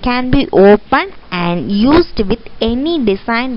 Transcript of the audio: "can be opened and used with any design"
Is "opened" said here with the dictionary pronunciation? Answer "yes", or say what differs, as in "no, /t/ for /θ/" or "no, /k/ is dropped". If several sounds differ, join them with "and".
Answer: no, /d/ is dropped